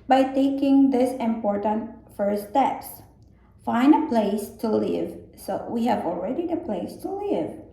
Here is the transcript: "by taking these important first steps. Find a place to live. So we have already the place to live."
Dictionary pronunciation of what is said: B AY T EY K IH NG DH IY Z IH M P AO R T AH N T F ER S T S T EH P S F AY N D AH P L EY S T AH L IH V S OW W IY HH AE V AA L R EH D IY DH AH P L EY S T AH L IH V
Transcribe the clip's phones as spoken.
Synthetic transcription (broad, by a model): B AY T EY K IH NG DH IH S IH M P AO R T AH N T F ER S S T EH P S F AY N AH P L EY S T AH L IH V S OW W IY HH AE V AA L R EH D IY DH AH P L EY S T AH L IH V